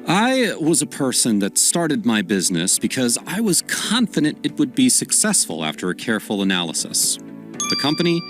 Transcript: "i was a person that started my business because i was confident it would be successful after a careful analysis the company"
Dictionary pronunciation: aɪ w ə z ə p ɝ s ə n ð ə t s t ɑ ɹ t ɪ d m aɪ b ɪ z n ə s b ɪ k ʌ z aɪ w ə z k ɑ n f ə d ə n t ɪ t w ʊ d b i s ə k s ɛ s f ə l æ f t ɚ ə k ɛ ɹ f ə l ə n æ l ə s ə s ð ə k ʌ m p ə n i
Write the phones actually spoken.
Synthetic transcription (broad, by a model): aɪ w ə z ə p ɝ s ə n ð ə t s t ɑ ɹ t ɪ d m aɪ b ɪ z n ə s b ɪ k ʌ z aɪ w ə z k ɑ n f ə d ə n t ɪ t w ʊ d b i s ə k s ɛ s f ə l æ f t ɚ ə k ɛ ɹ f l ə n æ l ə s ə s ð ə k ʌ m p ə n i